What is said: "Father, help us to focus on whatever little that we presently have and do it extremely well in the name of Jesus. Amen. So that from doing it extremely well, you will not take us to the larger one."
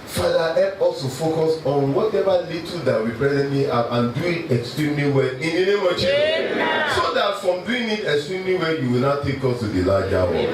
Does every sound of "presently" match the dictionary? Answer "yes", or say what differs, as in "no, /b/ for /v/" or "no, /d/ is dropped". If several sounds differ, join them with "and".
no, /b/ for /p/